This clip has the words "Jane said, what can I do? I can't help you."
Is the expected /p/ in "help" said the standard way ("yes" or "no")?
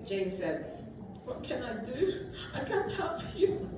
no